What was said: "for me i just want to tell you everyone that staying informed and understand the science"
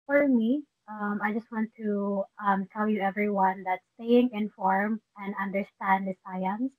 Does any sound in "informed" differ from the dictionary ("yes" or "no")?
yes